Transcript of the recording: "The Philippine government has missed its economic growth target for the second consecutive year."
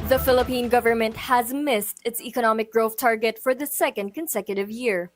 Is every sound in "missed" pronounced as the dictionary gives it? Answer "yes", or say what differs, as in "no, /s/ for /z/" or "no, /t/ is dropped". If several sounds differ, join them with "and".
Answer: yes